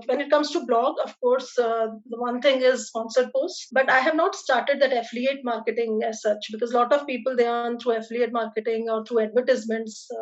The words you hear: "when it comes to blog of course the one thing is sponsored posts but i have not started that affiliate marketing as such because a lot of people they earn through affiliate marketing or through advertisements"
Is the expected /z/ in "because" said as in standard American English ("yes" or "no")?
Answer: yes